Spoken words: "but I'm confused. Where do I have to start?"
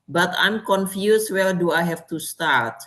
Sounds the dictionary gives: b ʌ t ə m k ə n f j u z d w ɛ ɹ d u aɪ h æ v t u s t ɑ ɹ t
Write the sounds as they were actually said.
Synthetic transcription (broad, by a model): b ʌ t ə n k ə n f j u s w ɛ l d u aɪ h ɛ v t u s t ɑ ɹ t